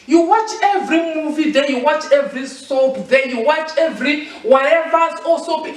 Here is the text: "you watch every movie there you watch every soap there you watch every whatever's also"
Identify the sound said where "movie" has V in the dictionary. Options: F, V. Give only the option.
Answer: V